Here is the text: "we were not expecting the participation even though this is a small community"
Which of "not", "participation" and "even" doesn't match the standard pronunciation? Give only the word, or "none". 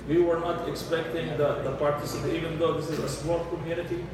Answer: participation